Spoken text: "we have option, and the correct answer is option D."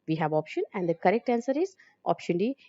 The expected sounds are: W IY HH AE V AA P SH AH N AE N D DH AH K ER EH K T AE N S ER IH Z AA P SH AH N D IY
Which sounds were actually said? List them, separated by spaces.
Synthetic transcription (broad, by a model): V IY HH AE V AA P SH AH N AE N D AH K ER EH K T AE N S ER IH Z AA P SH AH N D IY